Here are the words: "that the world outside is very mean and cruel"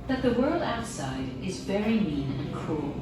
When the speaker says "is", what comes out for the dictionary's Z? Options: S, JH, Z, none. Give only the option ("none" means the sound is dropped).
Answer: Z